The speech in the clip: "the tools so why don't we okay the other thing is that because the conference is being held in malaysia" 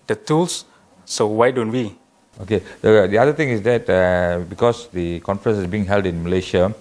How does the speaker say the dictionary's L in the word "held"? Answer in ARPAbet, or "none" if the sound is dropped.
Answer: L